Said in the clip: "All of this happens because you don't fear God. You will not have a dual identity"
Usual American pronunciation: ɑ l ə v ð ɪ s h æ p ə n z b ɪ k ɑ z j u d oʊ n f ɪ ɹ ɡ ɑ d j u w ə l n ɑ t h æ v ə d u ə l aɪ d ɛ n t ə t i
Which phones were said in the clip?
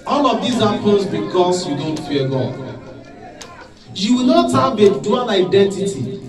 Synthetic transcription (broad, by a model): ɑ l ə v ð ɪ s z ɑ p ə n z b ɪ k ɑ s j u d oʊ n f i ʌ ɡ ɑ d j u w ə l n ɑ t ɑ b ə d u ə n aɪ d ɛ n t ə t i